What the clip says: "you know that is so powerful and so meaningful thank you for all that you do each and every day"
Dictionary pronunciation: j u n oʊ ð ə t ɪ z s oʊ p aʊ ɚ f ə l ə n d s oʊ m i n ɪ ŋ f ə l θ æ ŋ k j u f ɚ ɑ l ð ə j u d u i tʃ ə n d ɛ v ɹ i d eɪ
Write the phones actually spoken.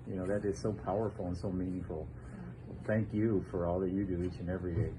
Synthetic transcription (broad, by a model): j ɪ n oʊ ð ə t ɪ z s oʊ p aʊ ɚ f l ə n s oʊ m i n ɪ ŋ f l θ æ ŋ k j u f ɚ ɑ l ð ə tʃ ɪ d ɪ i tʃ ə n ɛ v ɹ i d eɪ